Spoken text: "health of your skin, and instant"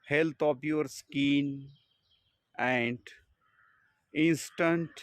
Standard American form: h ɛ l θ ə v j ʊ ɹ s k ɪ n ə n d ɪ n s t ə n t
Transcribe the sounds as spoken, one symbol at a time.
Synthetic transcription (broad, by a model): h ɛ l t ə p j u ɹ s k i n ə n d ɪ n s t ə n t